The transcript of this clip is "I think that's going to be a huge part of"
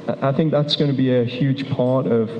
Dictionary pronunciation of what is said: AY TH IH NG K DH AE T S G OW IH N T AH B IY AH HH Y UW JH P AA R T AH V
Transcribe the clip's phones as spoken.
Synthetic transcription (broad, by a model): AY TH IH NG K DH AE T S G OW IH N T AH B IY AH HH Y UW JH P AA R T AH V